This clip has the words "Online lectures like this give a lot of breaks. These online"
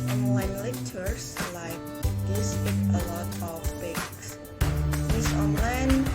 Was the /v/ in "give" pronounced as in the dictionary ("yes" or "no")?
no